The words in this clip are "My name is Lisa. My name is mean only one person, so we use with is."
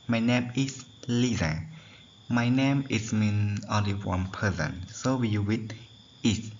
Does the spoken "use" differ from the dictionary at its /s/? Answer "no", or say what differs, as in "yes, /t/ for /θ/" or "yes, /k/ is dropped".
yes, /s/ is dropped